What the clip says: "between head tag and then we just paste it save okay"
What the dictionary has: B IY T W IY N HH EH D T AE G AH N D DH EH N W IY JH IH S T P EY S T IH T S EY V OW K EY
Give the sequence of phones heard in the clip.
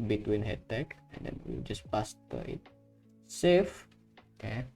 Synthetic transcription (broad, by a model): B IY T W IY N HH EH D T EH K AH N D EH N W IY JH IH S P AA S T IH T S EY F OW K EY